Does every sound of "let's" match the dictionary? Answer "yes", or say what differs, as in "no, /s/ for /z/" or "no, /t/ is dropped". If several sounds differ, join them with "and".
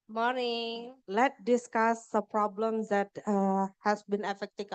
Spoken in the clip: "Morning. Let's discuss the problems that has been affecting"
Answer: no, /s/ is dropped